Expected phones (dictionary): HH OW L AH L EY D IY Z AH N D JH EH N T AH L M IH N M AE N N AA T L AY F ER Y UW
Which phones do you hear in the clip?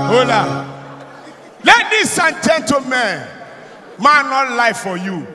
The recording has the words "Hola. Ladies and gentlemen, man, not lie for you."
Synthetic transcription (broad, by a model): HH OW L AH L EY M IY S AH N JH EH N T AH M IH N M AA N N AA T L AY F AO Y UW